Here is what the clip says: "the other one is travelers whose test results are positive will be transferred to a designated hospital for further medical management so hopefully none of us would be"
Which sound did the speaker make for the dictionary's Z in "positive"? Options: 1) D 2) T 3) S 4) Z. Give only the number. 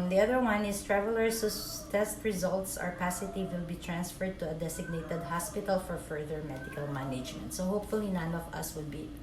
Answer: 3